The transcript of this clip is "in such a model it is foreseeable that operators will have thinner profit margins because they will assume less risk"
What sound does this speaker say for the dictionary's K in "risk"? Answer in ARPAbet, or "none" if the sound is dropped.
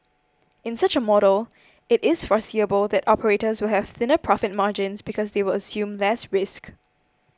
K